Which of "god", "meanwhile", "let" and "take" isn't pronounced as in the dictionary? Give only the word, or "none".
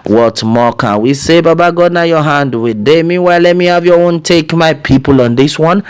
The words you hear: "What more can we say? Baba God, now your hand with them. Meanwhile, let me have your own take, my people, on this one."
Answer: meanwhile